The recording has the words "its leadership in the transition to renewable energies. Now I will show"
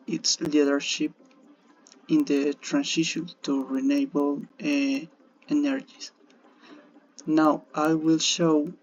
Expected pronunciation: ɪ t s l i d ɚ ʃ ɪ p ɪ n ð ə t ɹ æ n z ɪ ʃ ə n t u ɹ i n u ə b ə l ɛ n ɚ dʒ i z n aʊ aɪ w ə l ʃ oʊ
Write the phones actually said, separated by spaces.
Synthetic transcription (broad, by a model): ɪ t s l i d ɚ ʃ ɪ p ɪ n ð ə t ɹ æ n s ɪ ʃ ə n t u ɹ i n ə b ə l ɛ n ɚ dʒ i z n aʊ aɪ w ə l ʃ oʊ